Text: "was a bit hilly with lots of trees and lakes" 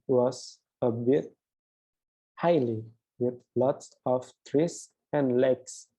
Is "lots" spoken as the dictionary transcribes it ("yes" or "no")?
yes